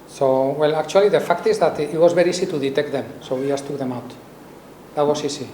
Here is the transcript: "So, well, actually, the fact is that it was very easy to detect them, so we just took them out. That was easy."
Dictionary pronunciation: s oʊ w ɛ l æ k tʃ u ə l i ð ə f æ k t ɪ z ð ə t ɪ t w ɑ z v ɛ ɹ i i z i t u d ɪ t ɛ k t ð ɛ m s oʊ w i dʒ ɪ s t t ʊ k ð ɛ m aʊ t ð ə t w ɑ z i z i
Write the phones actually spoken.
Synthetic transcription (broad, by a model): s oʊ w ɛ l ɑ k tʃ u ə l i ð ə f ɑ k t ɪ z ð ə t ɪ t w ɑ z b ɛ ɹ i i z i t u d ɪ t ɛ k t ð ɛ m s oʊ w i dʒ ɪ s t t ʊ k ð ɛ m aʊ t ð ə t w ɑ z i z i